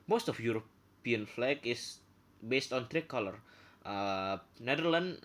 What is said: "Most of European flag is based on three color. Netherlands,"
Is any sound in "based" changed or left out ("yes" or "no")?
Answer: no